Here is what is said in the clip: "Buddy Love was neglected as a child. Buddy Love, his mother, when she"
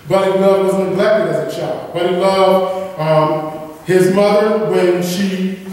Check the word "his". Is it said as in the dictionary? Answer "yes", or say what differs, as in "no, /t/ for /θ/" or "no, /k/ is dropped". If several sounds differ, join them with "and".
yes